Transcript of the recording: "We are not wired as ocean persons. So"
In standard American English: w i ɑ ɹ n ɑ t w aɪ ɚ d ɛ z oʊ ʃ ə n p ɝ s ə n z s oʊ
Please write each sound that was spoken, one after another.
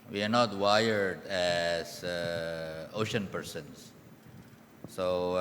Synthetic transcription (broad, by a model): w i ɑ ɹ n ɑ t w aɪ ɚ d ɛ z oʊ ʃ ə n p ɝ s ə n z s oʊ